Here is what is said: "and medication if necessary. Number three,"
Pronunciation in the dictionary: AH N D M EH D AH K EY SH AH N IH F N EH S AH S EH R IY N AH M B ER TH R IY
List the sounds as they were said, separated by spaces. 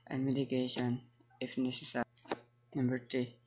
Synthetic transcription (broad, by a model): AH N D M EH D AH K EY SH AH N IH F N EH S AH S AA IY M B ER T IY